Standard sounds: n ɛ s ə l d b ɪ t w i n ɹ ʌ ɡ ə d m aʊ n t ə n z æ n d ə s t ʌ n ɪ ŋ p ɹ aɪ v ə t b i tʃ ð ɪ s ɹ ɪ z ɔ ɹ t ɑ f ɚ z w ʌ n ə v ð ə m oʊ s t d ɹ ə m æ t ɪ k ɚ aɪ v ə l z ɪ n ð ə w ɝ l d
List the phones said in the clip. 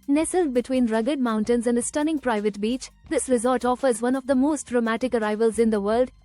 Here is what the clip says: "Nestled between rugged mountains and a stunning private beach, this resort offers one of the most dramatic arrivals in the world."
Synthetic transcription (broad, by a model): n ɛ s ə l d b ɪ t w i n ɹ ʌ ɡ ə d m aʊ n t ə n z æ n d ə s t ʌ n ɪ ŋ p ɹ aɪ v ə t b i tʃ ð ɪ s ɹ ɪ z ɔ l t ɑ f ɚ z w ʌ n ə v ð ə m oʊ s t d ɹ ə m æ t ɪ k ɚ aɪ v ə l z ɪ n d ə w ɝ l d